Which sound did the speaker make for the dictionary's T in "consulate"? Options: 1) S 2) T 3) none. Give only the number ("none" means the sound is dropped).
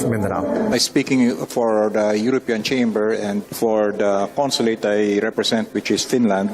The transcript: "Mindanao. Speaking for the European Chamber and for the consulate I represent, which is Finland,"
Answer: 2